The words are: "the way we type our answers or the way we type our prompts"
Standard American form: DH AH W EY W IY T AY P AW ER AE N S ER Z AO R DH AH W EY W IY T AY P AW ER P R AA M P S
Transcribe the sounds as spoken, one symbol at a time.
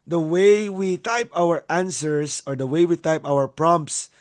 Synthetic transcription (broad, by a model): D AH W EY W IY T AY P AW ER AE N S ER S AO R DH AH W EY W IY T AY P AW ER P R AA M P S